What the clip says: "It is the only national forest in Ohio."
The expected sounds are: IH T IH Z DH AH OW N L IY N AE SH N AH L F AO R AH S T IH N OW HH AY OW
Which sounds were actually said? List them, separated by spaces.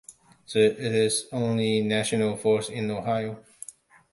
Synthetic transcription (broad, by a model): IH T IH Z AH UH N L IY N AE SH N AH L F AO R S IH N OW HH AY OW